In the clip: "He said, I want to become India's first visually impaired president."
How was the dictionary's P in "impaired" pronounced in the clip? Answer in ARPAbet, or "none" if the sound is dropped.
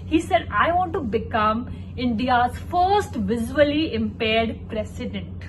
P